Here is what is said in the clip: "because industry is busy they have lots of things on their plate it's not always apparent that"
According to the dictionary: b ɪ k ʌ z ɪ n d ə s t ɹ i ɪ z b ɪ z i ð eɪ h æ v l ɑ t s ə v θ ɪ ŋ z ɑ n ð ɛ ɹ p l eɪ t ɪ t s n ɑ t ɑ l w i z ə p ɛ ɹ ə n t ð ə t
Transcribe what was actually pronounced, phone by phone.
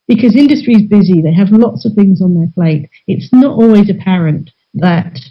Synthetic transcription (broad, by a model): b ɪ k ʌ z ɪ n d ə s t ɹ i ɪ z b ɪ z i ð eɪ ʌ v l ɑ t s ə v θ ɪ ŋ z n ð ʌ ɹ p l eɪ t ɪ t s n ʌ t ɑ l w i z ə p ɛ ɹ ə n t ð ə t